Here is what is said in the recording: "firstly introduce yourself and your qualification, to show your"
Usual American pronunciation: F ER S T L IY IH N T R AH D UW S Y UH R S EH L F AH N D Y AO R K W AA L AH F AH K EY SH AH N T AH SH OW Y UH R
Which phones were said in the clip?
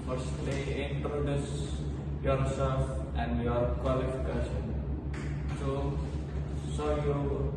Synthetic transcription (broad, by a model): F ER S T L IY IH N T R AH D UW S Y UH R S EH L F AH N D Y AO R K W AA L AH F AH K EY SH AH N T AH S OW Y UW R